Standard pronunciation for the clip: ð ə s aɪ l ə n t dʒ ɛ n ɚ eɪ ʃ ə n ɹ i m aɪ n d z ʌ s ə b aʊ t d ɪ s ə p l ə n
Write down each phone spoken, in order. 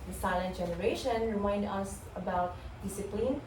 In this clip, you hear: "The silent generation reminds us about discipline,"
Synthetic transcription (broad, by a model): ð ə s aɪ l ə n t dʒ ɛ n ɚ eɪ ʃ ə n ɹ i m aɪ n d ʌ s ə b aʊ t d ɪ s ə p l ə n